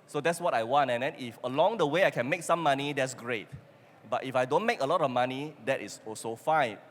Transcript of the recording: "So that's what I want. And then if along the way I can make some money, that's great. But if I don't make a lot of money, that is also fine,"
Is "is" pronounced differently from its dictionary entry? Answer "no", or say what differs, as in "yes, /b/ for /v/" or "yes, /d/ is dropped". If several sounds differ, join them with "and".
yes, /s/ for /z/